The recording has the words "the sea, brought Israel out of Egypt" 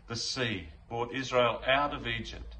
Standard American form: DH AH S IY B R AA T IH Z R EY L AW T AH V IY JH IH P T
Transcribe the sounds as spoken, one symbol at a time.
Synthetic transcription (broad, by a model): DH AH S IY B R AA T IH Z R EY L AW T AH V IY JH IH P T